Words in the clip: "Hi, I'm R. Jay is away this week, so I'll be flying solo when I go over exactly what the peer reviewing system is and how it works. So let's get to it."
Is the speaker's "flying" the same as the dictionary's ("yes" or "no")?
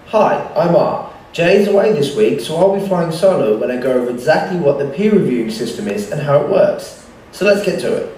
no